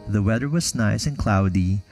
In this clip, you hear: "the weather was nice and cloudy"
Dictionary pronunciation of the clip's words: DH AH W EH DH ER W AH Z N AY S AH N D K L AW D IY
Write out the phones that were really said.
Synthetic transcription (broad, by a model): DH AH W EH DH ER W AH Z N AY S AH N K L AW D IY